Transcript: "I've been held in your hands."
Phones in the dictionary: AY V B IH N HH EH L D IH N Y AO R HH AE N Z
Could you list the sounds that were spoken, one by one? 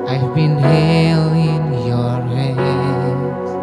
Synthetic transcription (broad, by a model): AY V B IH N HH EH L IH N Y AO R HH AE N